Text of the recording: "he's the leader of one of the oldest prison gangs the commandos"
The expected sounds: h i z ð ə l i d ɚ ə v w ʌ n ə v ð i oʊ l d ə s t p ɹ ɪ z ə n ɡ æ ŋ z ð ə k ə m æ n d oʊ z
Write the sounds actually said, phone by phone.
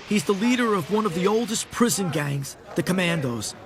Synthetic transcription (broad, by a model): h i z ð ə l i d ɚ ə v w ʌ n ə v ð i oʊ l d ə s p ɹ ɪ z ə n ɡ æ ŋ z ð ə k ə m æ n d oʊ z